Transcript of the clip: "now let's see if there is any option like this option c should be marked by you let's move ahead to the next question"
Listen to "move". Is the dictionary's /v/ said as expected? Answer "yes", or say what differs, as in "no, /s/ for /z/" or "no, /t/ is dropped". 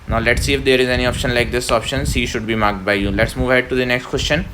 yes